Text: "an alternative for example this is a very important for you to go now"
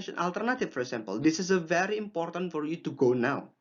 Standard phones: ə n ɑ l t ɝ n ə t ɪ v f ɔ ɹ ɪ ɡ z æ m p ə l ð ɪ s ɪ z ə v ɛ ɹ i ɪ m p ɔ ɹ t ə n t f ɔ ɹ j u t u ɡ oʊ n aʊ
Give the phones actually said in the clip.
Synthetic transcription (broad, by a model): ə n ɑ l t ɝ n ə t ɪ f f ɔ ɹ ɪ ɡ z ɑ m p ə l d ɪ s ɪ s ə v ɛ ɹ i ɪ m p ɔ ɹ t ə n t f ɔ ɹ j u t u ɡ oʊ n aʊ